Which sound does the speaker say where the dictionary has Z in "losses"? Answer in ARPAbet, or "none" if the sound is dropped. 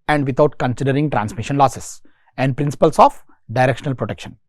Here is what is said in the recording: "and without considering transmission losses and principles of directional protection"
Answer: S